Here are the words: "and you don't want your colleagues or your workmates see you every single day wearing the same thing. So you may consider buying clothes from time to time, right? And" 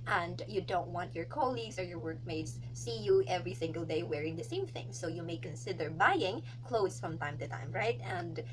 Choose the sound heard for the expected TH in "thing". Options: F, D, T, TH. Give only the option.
TH